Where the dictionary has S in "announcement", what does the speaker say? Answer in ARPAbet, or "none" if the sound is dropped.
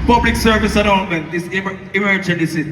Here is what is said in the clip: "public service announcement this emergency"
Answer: none